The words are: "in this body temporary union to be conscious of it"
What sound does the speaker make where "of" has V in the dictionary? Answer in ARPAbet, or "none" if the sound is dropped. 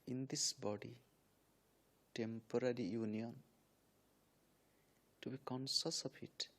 P